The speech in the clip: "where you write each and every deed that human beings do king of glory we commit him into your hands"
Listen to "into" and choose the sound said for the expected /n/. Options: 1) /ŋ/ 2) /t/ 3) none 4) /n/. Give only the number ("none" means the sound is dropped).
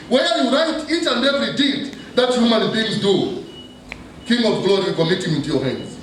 4